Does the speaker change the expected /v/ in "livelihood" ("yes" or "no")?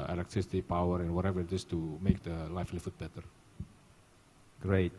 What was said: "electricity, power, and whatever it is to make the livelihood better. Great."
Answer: yes